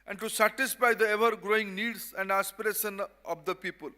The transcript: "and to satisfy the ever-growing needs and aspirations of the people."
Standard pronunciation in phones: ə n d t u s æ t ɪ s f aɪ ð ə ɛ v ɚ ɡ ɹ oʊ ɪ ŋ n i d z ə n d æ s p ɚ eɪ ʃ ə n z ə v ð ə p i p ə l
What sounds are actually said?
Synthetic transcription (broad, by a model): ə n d t u s æ t ɪ s f aɪ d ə ɛ v ɚ ɡ ɹ oʊ ɪ ŋ n i d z ə n d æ s p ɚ eɪ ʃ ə n ə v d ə p i p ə l